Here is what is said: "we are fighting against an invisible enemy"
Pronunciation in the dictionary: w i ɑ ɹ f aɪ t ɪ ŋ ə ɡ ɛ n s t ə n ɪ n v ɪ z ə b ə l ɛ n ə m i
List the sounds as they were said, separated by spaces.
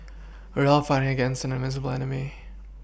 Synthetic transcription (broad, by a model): w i ɑ l f aɪ t ɪ ŋ ə ɡ ɛ n s t ə n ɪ v ɪ z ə b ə l ɛ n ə m i